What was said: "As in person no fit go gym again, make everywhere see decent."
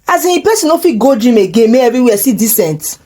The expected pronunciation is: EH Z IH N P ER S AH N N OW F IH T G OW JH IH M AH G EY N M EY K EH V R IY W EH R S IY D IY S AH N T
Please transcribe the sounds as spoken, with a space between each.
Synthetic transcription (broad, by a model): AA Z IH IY P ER S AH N N OW F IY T G OW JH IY M AH G EY N M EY EH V R IY W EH S IY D IY S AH N T